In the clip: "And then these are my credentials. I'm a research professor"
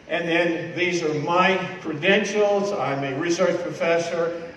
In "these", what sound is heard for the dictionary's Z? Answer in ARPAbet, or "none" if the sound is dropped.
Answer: Z